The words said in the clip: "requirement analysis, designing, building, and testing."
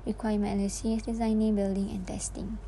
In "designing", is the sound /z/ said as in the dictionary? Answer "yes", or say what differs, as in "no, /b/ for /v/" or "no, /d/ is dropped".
yes